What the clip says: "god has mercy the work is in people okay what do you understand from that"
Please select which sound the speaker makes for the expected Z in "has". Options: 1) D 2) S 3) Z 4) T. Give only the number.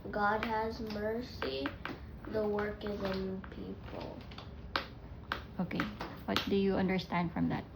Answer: 3